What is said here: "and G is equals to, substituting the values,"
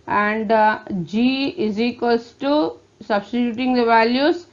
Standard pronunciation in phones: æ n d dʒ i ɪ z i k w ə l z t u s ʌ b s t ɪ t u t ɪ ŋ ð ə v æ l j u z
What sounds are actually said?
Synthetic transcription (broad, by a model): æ n d dʒ i ɪ z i k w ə l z t u s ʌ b s t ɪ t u t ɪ ŋ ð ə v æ l j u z